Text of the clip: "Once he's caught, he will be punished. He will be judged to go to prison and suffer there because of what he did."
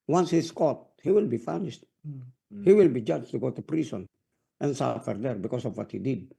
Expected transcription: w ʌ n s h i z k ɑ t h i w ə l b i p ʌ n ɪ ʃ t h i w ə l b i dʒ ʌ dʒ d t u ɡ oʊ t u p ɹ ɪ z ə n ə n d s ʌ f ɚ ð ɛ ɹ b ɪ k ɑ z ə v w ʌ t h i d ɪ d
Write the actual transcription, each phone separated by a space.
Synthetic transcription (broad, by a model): w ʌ n s h i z k ɑ t h i w ə l b i f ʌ n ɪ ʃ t h i w ə l b i dʒ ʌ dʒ t u ɡ oʊ t u p ɹ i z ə n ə n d s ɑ f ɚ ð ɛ ɹ b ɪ k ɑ s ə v w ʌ t h i d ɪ d